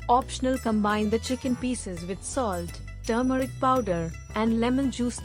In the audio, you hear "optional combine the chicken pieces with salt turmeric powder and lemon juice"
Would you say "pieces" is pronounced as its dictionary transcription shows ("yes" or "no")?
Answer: yes